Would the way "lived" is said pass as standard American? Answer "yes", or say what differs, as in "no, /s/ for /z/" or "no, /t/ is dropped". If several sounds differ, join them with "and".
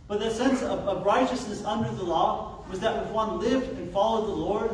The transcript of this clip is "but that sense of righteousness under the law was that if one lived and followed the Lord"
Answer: yes